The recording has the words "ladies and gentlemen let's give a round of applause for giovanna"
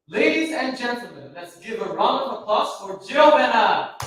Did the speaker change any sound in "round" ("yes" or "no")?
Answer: yes